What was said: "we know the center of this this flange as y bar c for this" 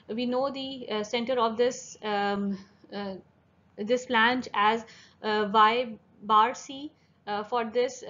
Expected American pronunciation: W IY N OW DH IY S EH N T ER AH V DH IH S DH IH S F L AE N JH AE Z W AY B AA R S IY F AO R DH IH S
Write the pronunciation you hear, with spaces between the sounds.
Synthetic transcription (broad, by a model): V IY N OW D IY S EH N T ER AH V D IH S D IH S P L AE N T AE Z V AY B AA R S IY F AO R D IH S